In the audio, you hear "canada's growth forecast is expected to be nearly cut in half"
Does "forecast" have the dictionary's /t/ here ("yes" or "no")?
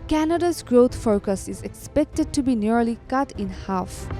no